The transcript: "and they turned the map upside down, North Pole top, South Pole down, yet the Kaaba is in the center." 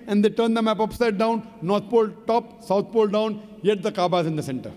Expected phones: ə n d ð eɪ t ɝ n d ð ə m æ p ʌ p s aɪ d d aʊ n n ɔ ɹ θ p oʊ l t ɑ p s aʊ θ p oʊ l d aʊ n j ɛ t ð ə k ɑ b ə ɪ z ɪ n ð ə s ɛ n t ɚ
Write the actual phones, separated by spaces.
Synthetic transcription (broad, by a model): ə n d eɪ t ɝ n d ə m æ p ʌ p s aɪ d d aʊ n n ɔ ɹ t p oʊ l t ɑ p s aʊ t p oʊ l d aʊ n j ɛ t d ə k ɑ b ə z ɪ n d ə s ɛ n t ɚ